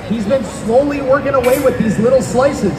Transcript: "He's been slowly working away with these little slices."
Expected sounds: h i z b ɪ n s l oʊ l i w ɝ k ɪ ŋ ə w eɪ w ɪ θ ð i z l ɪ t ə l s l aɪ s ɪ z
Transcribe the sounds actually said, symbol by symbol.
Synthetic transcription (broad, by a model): h i z b ɪ n s l oʊ l i w ɝ k ɪ ŋ ə w eɪ w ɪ ð i z l ɪ t l s l aɪ s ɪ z